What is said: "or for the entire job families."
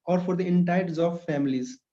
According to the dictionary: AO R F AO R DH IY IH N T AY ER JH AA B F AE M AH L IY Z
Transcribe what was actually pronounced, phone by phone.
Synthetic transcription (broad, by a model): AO R F AO R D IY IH N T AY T Z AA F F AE M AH L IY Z